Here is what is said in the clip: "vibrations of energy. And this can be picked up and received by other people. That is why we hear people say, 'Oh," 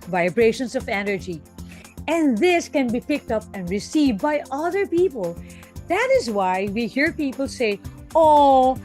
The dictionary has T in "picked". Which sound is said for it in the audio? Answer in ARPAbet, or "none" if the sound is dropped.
T